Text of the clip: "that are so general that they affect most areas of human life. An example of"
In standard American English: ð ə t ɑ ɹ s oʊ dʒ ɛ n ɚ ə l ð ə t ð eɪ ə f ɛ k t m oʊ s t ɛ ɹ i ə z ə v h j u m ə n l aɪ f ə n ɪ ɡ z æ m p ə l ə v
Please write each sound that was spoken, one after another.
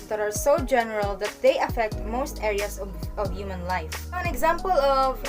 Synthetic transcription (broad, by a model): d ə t ɑ ɹ s oʊ dʒ ɛ n ɚ ə l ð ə t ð eɪ ə f ɛ k t m oʊ s t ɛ ɹ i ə s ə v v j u m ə n l aɪ f ə n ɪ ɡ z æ m p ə l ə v